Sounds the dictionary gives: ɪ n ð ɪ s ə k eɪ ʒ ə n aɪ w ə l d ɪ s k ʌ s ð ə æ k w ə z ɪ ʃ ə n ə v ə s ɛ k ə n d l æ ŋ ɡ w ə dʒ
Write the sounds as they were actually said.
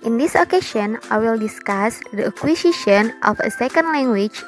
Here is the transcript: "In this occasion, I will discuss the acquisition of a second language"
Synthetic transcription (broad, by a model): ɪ n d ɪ s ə k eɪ ʃ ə n aɪ w ə l d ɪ s k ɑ s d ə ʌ k w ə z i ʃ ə n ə f ə s ɛ k ə n d l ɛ ŋ ɡ w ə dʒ